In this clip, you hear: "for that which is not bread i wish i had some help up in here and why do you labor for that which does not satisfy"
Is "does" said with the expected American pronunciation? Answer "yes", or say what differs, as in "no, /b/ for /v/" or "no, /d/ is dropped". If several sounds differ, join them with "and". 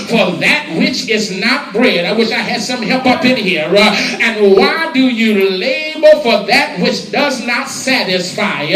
yes